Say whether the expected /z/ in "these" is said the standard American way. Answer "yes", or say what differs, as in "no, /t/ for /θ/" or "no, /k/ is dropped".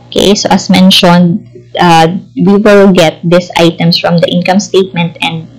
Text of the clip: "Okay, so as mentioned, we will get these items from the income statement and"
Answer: no, /s/ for /z/